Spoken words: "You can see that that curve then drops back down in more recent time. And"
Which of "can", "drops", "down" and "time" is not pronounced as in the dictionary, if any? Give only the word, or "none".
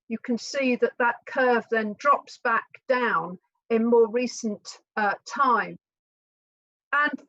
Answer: none